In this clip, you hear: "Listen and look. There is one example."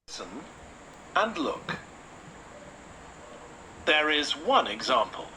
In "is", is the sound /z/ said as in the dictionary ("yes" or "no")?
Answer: yes